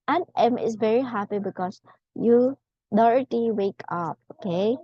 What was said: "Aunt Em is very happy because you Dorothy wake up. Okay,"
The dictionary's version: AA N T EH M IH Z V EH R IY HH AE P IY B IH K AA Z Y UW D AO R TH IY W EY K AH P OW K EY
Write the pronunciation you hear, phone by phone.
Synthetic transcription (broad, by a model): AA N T EH M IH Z V EH R IY HH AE P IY B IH K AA S Y UW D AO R T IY W EY K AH P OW K EY